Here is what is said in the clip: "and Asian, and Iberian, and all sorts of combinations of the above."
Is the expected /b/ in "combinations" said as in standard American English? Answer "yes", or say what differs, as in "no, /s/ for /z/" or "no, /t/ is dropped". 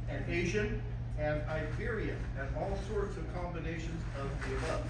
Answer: yes